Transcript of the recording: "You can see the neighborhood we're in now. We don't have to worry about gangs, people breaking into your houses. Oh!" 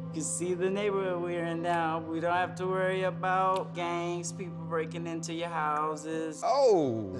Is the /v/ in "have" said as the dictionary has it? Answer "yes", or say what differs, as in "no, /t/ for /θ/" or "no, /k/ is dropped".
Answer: no, /f/ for /v/